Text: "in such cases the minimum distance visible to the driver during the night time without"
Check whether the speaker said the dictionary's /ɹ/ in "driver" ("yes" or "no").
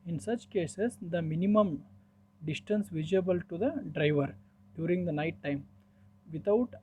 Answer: yes